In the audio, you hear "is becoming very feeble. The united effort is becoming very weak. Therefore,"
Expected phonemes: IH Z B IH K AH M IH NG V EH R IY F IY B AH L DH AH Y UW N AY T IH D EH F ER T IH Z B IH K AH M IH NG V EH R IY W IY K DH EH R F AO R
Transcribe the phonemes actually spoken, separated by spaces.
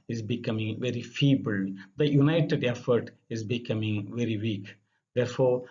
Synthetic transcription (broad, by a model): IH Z B IH K AH M IH NG V EH R IY F IY B AH L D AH Y UW N AY T IH D EH F ER T IH Z B IH K AH M IH NG V EH R IY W IY K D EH R F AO R